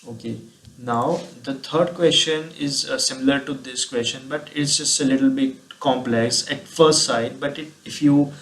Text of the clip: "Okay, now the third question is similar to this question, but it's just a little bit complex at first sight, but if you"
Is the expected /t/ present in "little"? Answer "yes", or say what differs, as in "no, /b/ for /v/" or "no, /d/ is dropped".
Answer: yes